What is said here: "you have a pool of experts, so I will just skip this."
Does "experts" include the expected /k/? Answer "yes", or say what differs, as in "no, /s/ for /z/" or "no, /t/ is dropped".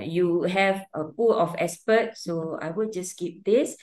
no, /k/ is dropped